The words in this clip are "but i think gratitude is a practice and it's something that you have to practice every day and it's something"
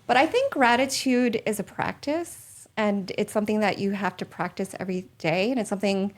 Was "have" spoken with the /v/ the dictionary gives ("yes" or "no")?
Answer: no